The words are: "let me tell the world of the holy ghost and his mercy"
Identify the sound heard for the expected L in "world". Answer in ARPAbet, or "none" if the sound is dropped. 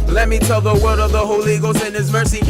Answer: none